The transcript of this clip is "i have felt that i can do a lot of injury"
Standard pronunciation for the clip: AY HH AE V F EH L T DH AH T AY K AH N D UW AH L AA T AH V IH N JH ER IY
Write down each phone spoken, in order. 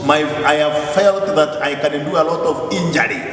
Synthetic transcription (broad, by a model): AY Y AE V F EH L T DH AH T AY K AH N D UW AH L AA T AH V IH N JH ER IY